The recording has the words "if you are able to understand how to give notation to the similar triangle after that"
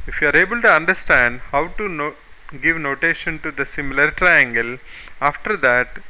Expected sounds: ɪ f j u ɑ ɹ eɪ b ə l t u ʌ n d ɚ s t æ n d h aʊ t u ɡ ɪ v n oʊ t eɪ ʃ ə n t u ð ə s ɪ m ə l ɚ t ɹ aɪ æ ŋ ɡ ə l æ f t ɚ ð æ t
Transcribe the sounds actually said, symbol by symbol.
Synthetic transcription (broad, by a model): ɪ f j u ɑ ɹ eɪ b ə l t u ʌ n d ɚ s t æ n d h aʊ t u ɡ ɪ v n oʊ t eɪ ʃ ə n t u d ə s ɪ m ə l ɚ t ɹ aɪ æ ŋ ɡ ə l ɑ f t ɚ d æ t